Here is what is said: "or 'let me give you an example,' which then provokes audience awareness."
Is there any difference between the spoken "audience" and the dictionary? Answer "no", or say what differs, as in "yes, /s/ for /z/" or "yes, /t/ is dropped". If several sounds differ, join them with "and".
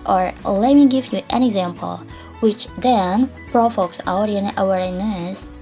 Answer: yes, /s/ is dropped